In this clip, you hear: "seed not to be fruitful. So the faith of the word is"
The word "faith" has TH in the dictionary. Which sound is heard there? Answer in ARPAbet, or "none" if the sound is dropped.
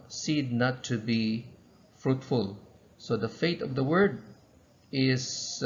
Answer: T